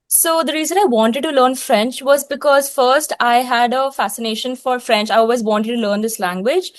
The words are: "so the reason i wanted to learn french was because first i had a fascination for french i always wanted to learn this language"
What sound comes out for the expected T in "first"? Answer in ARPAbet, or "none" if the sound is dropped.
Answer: T